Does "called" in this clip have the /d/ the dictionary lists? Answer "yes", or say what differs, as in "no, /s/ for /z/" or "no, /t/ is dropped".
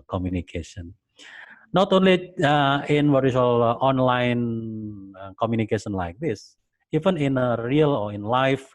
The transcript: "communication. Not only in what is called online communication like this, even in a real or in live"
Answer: no, /d/ is dropped